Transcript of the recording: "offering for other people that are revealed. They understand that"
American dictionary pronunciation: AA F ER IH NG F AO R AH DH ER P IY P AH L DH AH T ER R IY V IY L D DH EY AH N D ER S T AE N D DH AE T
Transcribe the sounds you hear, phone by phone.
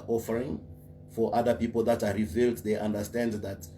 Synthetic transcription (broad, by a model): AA F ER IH NG F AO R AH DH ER P IY P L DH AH T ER R IY V IY L D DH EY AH N D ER S T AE N D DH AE T